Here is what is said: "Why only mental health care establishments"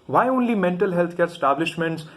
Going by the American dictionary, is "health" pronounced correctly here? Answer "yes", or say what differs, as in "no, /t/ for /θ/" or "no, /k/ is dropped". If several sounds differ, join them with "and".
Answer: no, /t/ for /θ/